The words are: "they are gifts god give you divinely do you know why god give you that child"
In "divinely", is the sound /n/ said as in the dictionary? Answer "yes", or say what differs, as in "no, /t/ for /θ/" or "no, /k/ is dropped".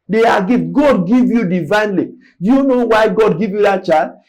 yes